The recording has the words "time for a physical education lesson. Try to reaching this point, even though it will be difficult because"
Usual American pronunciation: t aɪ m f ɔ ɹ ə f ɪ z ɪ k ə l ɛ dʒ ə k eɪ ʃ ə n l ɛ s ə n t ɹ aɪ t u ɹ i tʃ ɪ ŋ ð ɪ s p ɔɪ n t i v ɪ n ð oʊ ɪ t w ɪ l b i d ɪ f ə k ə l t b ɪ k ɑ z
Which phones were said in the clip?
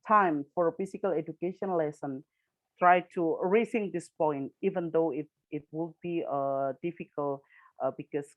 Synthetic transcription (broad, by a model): t aɪ m f ɔ ɹ ə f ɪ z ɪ k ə l ɛ dʒ ə k eɪ ʃ ə n l ɛ s ə n t ɹ aɪ t u ɹ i s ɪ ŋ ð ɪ s p ɔɪ n t i v ɪ n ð oʊ ɪ t w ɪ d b i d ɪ f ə k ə l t b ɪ k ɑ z